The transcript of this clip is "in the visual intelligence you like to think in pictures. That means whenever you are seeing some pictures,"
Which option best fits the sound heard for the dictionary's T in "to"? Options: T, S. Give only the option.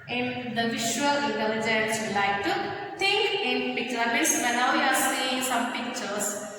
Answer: T